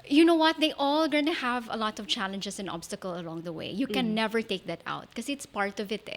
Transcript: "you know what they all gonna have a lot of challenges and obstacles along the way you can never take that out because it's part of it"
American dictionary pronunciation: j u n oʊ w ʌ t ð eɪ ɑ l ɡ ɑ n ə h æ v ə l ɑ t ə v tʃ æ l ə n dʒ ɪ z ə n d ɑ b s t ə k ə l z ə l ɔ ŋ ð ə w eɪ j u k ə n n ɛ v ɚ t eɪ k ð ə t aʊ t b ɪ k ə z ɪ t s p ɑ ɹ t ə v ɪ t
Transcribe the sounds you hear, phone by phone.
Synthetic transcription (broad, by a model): j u n oʊ w ʌ t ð eɪ ɑ l ɡ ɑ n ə h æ v ə l ɑ t ə v tʃ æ l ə n dʒ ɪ s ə n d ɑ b s t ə k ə l ə l ɔ ŋ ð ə w eɪ j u k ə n n ɛ v ɚ t eɪ k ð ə t aʊ t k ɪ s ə ɪ t s p ɑ ɹ t ə v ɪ t